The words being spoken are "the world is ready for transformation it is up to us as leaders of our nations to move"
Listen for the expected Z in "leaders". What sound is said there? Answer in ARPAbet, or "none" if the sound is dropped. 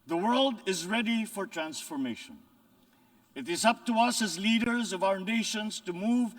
Z